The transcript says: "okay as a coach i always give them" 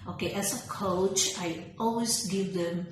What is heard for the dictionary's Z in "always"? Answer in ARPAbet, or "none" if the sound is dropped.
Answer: S